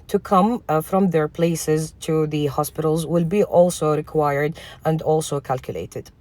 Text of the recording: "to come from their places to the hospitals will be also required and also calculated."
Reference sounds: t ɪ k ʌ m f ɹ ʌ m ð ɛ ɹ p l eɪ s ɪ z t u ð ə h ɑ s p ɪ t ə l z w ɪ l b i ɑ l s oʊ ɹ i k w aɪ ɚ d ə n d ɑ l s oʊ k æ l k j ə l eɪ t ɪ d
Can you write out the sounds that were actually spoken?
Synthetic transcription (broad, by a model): t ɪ k ʌ m f ɹ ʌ m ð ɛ ɹ p l eɪ s ɪ z t u ð ə h ɑ s p ɪ t ə l z w ɪ l b i ɑ l s oʊ ɹ i k w aɪ ɚ d ə n d ɑ l s oʊ k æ l k j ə l eɪ t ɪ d